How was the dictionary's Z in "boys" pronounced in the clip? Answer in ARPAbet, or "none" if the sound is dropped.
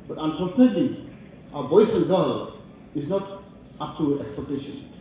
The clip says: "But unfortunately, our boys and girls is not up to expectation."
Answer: none